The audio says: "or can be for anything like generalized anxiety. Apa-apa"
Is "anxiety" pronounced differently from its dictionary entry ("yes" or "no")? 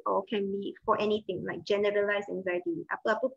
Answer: no